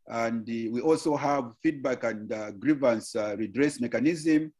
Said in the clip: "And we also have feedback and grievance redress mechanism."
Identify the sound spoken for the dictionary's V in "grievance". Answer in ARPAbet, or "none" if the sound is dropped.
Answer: V